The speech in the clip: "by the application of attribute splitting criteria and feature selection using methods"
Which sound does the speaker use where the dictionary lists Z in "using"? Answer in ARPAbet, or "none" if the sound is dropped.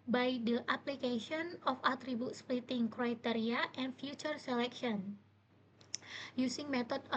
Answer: S